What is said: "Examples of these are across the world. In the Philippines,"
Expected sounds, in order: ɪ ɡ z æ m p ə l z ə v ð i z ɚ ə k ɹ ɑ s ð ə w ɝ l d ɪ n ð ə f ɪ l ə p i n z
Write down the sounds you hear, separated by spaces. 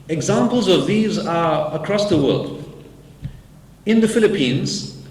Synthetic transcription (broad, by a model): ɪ ɡ z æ m p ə l z ə v ð i z ɚ ə k ɹ ɑ s ð ə w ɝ l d ɪ n ð ə f ɪ l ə p i n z